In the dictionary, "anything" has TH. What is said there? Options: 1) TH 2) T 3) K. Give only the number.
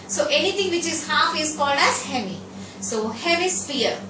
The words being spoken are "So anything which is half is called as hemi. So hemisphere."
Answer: 2